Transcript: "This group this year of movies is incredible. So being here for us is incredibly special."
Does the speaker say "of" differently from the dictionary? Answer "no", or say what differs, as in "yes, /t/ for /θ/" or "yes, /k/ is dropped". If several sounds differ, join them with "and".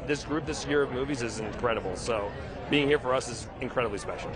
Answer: no